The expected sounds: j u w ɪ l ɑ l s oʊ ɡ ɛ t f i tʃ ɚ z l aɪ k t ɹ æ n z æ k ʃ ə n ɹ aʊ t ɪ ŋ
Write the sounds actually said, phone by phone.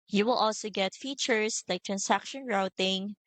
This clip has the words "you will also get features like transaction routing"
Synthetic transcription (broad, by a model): j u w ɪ l ɑ l s oʊ ɡ ɛ t f i tʃ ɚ s l aɪ k t ɹ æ n s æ k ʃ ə n ɹ aʊ t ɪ ŋ